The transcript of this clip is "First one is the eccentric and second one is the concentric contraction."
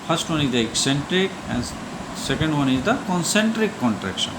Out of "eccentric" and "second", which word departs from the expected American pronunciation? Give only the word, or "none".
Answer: none